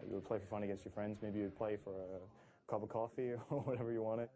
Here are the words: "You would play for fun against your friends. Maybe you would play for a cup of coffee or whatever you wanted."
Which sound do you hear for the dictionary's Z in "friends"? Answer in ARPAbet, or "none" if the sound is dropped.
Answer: Z